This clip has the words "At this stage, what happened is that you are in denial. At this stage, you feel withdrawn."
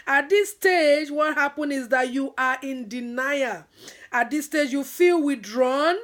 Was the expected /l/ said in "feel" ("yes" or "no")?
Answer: yes